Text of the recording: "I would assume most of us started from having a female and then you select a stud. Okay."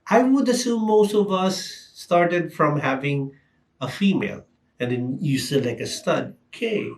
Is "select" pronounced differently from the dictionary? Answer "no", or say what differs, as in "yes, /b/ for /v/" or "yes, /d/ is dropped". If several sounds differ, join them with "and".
yes, /t/ is dropped